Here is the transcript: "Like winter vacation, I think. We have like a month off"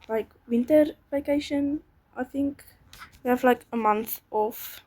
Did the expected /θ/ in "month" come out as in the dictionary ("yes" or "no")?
yes